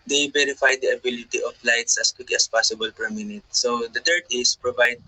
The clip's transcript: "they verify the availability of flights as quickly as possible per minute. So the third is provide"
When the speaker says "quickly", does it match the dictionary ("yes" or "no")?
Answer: no